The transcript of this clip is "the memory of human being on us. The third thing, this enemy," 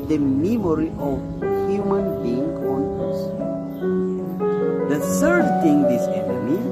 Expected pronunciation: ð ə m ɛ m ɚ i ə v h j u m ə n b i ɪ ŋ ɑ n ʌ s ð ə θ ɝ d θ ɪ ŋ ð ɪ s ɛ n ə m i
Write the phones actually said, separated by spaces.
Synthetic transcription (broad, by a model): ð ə m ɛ m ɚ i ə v h j u m ə n b i ɪ ŋ ɑ n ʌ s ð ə t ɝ d t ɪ ŋ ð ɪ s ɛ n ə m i